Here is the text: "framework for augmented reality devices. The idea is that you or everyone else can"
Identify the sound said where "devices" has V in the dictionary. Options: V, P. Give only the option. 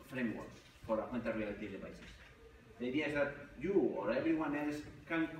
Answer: P